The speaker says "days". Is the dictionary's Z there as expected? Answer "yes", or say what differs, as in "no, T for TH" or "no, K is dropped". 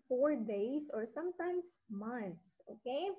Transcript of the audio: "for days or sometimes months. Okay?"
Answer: no, S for Z